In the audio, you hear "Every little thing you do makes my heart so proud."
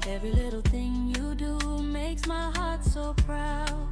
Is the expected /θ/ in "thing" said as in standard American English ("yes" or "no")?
yes